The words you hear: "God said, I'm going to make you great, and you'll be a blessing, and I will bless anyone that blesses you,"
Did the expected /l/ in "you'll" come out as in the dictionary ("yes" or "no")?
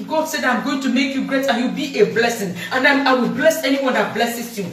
no